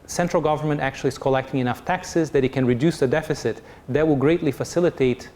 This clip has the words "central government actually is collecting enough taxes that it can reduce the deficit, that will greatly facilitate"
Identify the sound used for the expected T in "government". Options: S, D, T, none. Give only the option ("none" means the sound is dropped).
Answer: T